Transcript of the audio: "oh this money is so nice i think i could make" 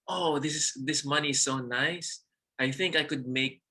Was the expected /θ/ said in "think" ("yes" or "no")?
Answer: yes